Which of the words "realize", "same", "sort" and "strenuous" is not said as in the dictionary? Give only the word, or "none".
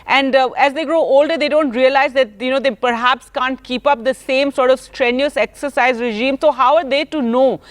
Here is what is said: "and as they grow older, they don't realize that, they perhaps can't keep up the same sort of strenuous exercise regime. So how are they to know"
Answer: none